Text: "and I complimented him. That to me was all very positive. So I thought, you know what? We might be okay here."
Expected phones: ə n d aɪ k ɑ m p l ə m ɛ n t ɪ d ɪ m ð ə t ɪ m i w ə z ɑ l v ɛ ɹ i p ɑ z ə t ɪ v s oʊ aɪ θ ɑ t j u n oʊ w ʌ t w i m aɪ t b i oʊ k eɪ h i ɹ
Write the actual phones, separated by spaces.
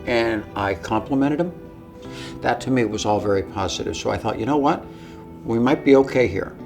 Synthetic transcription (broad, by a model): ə n aɪ k ɑ m p l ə m ɛ t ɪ d ɪ m ð ə t ɪ m i w ə z ɑ l v ɛ ɹ i p ɑ z ə t ɪ v s oʊ aɪ θ ɑ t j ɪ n oʊ w ʌ t w i m aɪ t b i oʊ k eɪ h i ɹ